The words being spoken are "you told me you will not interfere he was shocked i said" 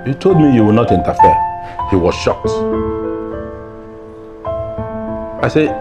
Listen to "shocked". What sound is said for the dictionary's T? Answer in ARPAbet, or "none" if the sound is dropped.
T